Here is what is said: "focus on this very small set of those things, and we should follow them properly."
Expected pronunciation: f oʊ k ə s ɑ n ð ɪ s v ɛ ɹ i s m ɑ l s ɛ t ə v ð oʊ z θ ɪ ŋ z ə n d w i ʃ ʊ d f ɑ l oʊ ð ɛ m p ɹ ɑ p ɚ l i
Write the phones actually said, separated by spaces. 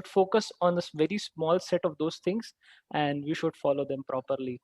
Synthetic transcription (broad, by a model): f oʊ k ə s ɑ n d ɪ s v ɛ ɹ i s m ɑ l s ɛ t ə v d oʊ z t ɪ ŋ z ə n d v i ʃ ʊ d f ɑ l oʊ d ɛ m p ɹ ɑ p ɚ l i